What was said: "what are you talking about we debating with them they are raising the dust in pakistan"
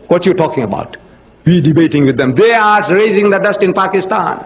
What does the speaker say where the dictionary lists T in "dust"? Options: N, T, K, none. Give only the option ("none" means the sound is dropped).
T